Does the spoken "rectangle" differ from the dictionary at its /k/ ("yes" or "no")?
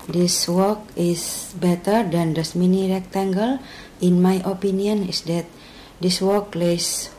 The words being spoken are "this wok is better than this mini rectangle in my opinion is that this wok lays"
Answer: no